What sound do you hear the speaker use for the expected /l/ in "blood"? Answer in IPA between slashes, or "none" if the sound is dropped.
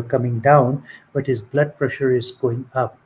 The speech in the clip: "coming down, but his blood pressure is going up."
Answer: /l/